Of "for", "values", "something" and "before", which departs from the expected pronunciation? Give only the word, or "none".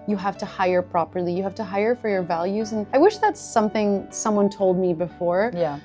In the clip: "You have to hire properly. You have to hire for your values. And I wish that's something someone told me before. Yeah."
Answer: none